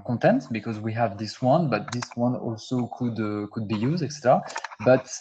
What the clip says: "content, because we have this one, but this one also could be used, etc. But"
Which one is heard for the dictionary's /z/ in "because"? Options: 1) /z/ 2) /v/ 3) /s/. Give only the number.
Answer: 1